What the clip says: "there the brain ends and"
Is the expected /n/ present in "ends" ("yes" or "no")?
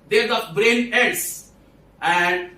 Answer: no